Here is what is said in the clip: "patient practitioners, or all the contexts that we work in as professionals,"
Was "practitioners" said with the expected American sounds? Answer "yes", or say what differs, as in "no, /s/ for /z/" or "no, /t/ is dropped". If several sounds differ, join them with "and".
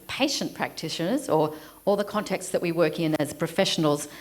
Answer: yes